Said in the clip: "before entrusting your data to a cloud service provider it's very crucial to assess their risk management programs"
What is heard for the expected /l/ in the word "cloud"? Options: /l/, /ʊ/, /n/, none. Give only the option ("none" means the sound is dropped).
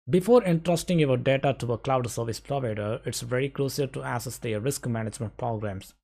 /l/